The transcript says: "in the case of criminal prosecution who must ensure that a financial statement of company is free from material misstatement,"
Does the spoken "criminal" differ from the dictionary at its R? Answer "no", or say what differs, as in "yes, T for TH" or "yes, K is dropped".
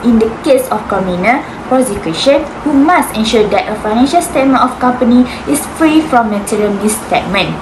yes, R is dropped